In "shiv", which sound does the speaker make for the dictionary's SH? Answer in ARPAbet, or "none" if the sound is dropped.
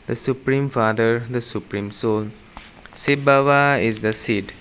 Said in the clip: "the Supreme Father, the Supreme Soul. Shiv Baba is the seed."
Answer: S